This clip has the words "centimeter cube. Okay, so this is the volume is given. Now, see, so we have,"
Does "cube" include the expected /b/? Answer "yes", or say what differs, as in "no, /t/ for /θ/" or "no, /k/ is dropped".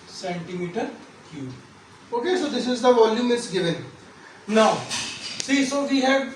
no, /b/ is dropped